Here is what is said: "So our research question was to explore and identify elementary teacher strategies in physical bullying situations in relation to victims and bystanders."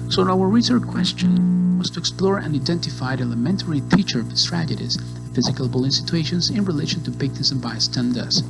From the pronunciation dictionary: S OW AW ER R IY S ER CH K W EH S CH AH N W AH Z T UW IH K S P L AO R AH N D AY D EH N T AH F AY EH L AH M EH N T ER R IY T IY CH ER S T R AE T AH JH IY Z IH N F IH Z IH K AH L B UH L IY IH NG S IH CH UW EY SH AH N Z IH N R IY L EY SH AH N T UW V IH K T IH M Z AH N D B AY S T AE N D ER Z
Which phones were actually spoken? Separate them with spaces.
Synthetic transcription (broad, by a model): S OW AW ER R IY S ER CH K W EH S CH AH N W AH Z T UW IH K S P L AO R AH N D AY D EH N T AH F AY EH L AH M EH N T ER R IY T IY CH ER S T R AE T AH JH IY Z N F IH Z IH K AH L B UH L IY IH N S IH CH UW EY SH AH N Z IH N R IY L EY SH AH N T UW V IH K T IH Z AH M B AY S T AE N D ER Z